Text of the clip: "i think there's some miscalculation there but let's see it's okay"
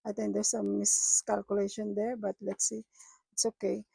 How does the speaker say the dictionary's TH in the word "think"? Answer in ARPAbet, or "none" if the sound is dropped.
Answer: T